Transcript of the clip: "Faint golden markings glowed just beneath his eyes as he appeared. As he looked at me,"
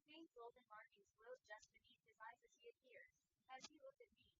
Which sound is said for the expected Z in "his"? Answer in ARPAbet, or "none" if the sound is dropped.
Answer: Z